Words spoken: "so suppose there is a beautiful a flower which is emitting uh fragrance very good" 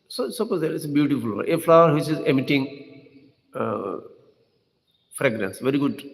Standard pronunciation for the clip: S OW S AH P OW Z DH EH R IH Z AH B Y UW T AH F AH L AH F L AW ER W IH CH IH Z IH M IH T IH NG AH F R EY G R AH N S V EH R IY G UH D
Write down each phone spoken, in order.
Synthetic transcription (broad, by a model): S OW S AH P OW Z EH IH S AH B Y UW T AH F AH L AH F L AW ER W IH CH IH Z IH M IH T IH NG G F R EY G R AH N S V EH R IY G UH D